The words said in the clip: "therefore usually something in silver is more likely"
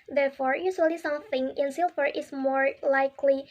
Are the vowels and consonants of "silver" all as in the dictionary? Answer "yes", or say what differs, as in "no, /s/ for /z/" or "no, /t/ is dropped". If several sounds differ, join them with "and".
no, /f/ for /v/